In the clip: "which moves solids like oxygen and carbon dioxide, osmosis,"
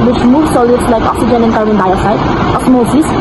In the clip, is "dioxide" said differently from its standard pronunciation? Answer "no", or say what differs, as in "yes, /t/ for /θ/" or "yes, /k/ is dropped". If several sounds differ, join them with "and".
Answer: yes, /k/ is dropped